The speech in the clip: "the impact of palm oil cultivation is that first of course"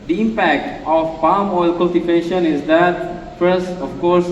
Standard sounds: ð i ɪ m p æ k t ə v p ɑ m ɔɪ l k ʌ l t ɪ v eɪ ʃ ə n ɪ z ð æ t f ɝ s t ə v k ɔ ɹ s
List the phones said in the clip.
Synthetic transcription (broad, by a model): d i ɪ m p æ k t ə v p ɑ m ɔɪ l k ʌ l t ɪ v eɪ ʃ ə n ɪ z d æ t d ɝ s ə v k ɔ ɹ s